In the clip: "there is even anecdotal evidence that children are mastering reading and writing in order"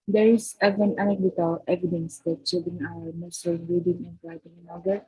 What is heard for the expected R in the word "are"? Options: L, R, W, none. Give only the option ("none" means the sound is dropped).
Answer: W